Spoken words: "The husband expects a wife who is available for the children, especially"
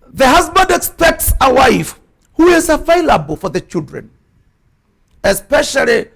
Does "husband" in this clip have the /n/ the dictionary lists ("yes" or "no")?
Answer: yes